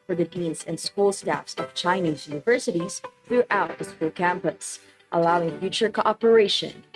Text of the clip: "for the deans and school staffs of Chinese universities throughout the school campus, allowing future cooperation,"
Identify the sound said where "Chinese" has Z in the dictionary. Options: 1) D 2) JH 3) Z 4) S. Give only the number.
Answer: 3